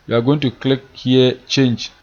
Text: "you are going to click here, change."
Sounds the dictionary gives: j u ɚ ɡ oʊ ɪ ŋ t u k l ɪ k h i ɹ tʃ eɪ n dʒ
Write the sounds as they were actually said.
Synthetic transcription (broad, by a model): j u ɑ ɡ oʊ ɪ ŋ t u k l ɪ k h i tʃ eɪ n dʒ